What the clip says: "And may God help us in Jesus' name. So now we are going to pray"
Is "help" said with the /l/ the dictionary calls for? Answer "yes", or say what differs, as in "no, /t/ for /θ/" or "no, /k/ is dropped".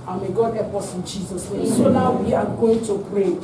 no, /l/ is dropped